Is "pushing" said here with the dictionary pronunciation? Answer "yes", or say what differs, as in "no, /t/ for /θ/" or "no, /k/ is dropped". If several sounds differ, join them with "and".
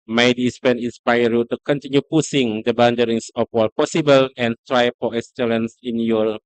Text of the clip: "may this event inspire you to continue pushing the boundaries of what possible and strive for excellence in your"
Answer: no, /s/ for /ʃ/